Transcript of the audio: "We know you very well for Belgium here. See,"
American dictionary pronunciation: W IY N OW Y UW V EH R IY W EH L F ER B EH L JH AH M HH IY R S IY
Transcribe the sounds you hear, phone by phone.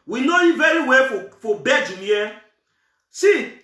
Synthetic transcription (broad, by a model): W IY N OW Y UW V EH R IY W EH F F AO B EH JH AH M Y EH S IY